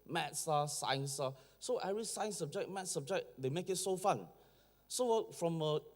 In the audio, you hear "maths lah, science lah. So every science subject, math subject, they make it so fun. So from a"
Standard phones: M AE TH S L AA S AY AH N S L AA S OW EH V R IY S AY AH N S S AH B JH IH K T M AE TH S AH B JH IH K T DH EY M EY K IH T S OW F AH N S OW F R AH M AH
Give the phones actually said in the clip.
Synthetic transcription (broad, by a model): M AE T S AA S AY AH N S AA S OW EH R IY S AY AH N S S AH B JH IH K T M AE T S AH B JH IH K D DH EY M EY K IH T S OW F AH N S OW F R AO M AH